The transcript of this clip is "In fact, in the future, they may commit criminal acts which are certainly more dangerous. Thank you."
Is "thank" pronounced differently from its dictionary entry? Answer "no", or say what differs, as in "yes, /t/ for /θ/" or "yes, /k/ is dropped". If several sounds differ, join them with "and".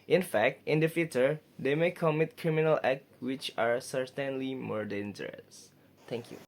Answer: yes, /t/ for /θ/